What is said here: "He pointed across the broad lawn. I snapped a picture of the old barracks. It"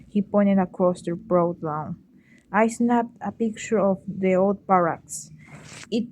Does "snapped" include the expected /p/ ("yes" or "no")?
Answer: no